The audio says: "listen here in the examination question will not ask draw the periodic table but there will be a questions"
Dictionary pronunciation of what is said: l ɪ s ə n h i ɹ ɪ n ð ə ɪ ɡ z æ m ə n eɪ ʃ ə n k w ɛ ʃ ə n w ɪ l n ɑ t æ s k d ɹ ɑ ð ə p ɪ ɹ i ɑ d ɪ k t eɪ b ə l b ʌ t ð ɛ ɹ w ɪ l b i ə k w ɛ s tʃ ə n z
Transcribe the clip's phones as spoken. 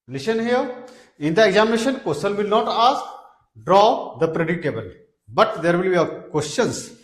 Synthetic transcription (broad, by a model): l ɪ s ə n h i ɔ ɪ n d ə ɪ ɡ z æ m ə n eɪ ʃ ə n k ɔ s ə l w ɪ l n ɑ t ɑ s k d ɹ ɑ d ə p ɹ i d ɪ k t eɪ b ə l b ʌ t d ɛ ɹ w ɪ l b i ə k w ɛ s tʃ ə n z